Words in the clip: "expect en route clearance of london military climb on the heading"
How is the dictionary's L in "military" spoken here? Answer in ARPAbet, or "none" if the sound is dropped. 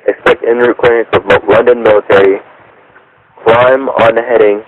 L